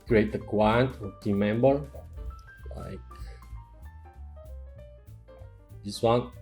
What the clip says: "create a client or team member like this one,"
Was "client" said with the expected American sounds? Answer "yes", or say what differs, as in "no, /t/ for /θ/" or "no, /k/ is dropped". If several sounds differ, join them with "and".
no, /w/ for /l/